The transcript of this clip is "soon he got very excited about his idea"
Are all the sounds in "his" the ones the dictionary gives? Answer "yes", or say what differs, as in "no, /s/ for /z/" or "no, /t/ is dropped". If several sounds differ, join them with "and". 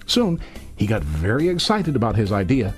yes